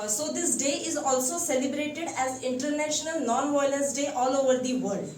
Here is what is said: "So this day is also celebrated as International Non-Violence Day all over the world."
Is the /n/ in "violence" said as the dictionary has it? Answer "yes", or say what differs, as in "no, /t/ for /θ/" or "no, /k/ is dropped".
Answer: no, /n/ is dropped